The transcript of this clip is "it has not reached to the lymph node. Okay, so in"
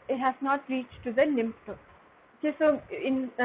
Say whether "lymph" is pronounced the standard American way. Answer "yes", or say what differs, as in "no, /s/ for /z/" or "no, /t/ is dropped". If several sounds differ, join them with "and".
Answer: no, /n/ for /l/